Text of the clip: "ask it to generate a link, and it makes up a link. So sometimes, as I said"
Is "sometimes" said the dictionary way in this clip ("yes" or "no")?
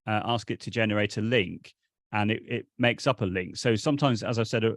yes